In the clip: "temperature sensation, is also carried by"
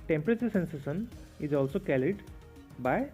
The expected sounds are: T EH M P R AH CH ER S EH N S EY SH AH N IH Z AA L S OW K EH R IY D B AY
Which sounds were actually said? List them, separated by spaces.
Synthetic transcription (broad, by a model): T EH M P R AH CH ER S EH N S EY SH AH N IH Z AA L S OW K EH L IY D B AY